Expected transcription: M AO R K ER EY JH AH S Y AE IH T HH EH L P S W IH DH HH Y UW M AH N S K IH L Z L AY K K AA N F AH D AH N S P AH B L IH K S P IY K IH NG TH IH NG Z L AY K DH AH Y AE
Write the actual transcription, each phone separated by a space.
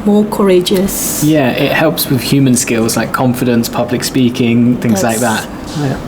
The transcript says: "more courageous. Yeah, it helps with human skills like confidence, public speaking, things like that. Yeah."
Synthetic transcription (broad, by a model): M AO K ER EY JH AH S Y AE IH T HH EH L P S W IH DH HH Y UW M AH N S K IH L Z L AY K K AA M F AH D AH N S P AH B L IH K S P IY K IH NG TH IH NG Z L AY K DH AH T